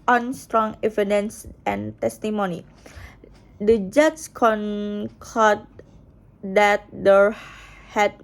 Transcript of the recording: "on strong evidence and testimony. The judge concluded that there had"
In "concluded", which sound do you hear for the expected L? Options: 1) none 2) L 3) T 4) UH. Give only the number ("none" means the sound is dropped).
1